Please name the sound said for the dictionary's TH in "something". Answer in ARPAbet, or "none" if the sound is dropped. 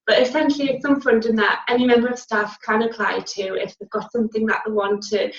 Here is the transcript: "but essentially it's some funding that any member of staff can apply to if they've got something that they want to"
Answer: TH